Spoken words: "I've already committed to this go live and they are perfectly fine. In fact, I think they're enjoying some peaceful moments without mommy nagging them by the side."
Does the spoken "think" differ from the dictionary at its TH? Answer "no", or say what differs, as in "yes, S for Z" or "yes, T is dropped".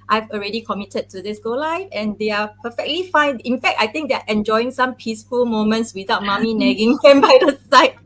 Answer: yes, T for TH